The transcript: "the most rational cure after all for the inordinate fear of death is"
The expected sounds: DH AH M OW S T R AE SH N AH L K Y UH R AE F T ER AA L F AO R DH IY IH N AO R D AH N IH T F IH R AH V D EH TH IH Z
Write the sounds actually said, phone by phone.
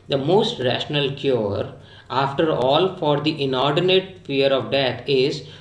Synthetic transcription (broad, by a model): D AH M OW S T R AE SH N AH L K Y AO R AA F T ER AA L F AO R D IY IH N AO R D AH N IH T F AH R AH V D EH T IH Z